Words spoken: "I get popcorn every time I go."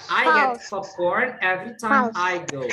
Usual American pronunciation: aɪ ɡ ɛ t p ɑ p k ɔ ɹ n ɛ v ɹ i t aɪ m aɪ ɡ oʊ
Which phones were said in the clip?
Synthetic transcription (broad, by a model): aɪ ɡ ɛ t f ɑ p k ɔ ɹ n ɛ v ɹ i t aɪ m aɪ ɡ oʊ